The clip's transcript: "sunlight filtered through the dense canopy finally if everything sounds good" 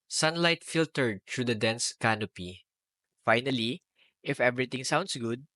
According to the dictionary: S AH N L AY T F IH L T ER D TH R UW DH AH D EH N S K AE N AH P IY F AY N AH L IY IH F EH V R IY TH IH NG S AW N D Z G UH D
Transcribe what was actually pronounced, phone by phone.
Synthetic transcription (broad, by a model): S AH N L AY T F IH L T ER D T R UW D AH D EH N S K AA N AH P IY F AY N AH L IY IH F EH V R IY T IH NG S AW N D S G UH D